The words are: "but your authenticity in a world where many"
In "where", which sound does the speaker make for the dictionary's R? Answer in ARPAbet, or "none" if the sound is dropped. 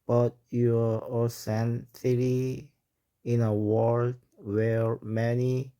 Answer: R